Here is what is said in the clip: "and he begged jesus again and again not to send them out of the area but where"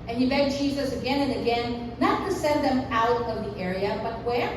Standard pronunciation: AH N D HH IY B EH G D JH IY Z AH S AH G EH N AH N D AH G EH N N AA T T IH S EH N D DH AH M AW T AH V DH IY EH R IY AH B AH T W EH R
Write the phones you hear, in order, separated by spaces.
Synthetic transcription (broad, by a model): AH N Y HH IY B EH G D JH IY Z AH S AH G EH N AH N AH G EH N N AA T T IH S EH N DH AH M AW T AH V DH IY EH R IY AH B AH T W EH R